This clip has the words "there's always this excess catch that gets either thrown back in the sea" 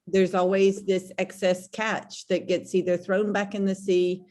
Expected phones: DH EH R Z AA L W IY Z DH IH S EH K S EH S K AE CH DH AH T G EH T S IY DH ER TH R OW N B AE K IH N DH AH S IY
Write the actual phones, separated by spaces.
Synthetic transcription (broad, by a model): DH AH R Z AA L W IY Z DH IH S EH K S EH S K AE CH DH AH T G EH T S IY DH ER TH R OW N B AE K IH N DH AH S IY